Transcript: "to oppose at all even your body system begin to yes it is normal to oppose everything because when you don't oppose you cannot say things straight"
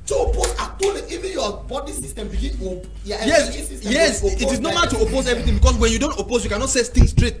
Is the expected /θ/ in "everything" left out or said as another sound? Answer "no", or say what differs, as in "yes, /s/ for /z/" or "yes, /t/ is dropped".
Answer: yes, /t/ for /θ/